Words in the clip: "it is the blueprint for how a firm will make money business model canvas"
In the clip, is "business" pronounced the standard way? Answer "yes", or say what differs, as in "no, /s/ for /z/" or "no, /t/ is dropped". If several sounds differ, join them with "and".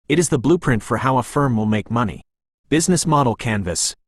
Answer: yes